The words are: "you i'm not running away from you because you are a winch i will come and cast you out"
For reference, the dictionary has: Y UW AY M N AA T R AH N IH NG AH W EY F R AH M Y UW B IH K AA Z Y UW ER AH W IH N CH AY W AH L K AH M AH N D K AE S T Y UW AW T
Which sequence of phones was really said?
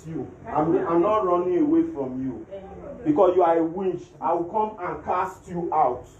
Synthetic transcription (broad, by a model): Y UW AY M N AA T R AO N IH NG AH W EY F R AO M Y UW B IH K AA S Y UW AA AH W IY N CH AY W AH L K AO M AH N K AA S T Y UW AW T